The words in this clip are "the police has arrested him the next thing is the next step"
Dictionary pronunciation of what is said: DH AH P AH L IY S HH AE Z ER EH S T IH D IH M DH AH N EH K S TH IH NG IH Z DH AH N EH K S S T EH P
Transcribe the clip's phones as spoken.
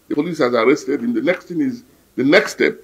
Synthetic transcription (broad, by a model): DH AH P AH L IY S HH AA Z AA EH S T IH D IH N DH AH N EH K S T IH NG IH Z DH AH N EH K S S T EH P